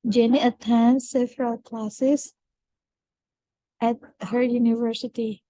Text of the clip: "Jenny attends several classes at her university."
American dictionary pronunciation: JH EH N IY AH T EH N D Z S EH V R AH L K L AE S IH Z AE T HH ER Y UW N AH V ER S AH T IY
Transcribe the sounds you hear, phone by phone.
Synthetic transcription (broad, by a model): JH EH N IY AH T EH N S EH F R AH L K L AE S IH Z AE T HH ER Y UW N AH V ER S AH T IY